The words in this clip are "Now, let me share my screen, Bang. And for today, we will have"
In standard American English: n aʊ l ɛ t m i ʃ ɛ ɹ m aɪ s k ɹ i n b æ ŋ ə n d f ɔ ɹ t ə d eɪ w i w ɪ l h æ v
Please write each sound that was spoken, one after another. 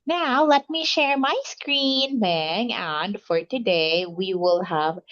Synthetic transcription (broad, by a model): n aʊ l ɛ t m i ʃ ɛ ɹ m aɪ s k ɹ i n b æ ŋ ə n d f ɔ ɹ t ə d eɪ w i w ɪ l h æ v